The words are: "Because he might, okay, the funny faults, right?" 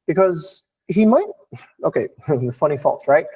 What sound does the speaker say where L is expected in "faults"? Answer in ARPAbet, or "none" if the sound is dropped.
none